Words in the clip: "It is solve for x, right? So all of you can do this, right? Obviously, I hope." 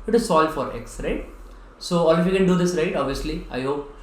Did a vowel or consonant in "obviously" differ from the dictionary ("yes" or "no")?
no